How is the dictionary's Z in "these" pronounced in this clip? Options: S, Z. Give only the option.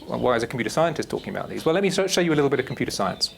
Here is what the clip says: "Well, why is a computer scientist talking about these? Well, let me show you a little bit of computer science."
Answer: Z